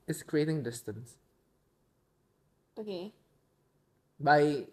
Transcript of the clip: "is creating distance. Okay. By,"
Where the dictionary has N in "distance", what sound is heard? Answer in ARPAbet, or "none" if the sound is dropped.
N